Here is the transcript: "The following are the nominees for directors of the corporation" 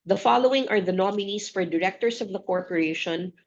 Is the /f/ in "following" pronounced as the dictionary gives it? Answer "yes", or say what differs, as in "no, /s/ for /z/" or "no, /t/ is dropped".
yes